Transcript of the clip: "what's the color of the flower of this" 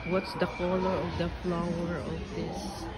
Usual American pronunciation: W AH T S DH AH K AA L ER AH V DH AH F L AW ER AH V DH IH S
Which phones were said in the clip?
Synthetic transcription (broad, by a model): W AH T S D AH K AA L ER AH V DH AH F L AW ER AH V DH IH S